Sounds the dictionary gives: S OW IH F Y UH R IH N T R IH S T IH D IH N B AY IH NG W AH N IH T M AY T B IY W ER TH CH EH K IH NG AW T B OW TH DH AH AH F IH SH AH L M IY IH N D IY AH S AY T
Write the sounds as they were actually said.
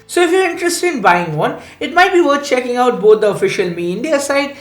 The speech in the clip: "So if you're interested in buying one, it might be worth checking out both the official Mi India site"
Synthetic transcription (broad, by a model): S OW IH F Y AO R IH N T R IH S T IH D IH N B AY IH NG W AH N IH T M AY T B IY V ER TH CH EH K IH NG AW T B OW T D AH AH F IH SH AH L M IY IH N D IY AH S AY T